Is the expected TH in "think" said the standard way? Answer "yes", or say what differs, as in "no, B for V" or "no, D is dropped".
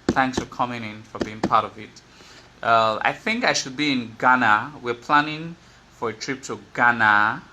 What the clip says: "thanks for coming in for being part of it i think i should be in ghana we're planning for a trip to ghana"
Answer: yes